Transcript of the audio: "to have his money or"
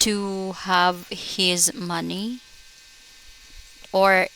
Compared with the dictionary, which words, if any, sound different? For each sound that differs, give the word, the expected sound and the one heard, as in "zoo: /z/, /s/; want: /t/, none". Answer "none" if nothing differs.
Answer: none